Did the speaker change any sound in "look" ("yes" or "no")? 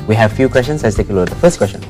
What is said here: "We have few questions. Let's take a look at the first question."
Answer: yes